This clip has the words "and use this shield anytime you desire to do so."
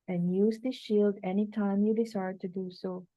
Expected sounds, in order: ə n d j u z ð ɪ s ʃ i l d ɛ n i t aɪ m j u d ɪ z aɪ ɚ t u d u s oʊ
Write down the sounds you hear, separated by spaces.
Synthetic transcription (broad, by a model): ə n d j u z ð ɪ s ʃ i l d ɛ n i t aɪ m j u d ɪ s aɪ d t u d u s oʊ